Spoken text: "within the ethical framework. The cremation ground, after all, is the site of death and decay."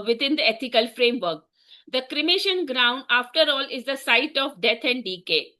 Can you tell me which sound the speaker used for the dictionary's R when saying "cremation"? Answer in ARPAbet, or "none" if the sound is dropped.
R